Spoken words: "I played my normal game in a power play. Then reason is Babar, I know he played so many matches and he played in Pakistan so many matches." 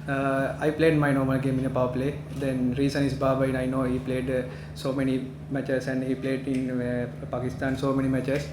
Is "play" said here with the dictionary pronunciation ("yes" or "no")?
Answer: yes